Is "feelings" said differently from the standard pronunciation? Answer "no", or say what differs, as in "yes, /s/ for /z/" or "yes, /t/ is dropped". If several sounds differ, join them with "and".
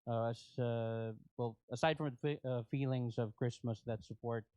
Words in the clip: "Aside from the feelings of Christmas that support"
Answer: no